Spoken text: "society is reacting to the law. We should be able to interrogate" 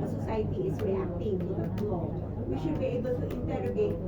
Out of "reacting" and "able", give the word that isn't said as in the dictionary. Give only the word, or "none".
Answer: reacting